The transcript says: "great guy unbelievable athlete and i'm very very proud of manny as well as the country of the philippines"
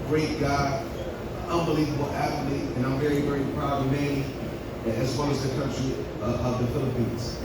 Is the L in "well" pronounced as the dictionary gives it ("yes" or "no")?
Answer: no